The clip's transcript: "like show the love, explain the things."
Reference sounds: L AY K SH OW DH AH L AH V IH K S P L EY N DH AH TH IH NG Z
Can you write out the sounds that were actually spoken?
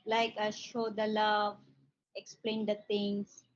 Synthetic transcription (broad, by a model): L AY K SH OW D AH L AH V IH K S P L EY N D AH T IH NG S